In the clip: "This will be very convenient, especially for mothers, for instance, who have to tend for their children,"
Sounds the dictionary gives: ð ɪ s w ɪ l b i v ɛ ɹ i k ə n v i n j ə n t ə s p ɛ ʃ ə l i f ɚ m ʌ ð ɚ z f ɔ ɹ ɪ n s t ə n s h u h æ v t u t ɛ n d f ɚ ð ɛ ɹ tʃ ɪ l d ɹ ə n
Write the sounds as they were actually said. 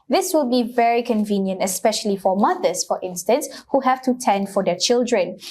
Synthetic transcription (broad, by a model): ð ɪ s w ɪ l b i v ɛ ɹ i k ə n v i n j ə n t ə s p ɛ ʃ ə l i f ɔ m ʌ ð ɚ s f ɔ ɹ ɪ n s t ə n s h u h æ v t u t ɛ n d f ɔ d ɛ tʃ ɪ l d ɹ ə n